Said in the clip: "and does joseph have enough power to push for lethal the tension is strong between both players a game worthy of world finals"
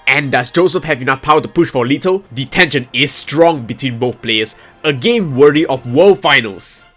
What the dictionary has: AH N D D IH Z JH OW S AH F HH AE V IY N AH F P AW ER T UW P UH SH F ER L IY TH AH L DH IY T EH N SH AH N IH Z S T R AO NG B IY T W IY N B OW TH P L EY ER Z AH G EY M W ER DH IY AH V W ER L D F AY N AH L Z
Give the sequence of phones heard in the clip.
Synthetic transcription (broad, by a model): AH N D D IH S JH OW S AH F HH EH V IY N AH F P AW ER T UW P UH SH F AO L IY T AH L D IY T EH N SH AH N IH S T R AO NG B IY T W IY N B OW TH P L EY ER S AH G EY M W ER IY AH F W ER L F AY N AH L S